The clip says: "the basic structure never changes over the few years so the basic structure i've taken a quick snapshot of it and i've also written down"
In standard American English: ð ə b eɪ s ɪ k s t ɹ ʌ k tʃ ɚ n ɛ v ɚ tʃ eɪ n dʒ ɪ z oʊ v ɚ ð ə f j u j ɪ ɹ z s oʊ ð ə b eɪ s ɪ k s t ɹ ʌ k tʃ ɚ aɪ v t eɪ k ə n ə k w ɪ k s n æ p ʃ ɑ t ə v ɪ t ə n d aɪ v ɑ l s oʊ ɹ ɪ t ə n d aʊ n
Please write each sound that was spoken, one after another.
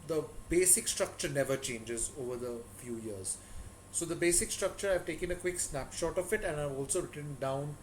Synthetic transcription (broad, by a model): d ə b eɪ s ɪ k s t ɹ ʌ k tʃ ɚ n ɛ v ɚ tʃ eɪ n dʒ ɪ z oʊ v ɚ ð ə f j u j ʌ ɹ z s oʊ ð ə b eɪ s ɪ k s t ɹ ʌ k tʃ ɚ aɪ v t eɪ k ə n ə k w ɪ k s n æ p ʃ ɑ t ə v ɪ t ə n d aɪ v ɑ l s oʊ ɹ ɪ t ə n d aʊ n